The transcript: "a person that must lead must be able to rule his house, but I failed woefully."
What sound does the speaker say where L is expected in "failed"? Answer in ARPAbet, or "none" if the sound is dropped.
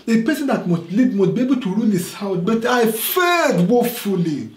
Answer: none